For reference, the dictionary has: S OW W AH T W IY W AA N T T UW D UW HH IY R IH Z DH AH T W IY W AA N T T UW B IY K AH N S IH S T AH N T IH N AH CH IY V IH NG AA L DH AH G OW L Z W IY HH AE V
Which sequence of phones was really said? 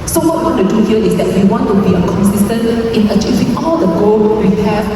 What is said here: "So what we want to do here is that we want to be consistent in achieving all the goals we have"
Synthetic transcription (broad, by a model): S OW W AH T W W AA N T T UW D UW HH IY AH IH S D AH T W IY W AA N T T UW B IY K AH N S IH S T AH N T IH N AH CH IY V IH NG AA L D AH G OW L W IY HH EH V